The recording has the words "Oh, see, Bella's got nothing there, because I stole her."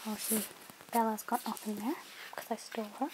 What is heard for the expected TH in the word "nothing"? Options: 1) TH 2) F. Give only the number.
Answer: 2